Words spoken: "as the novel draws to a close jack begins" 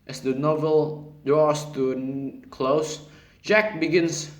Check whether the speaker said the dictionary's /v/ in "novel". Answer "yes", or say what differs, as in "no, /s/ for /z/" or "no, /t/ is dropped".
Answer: yes